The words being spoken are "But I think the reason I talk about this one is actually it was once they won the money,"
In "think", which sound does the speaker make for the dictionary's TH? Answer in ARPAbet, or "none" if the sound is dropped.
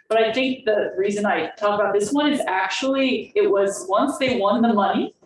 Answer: TH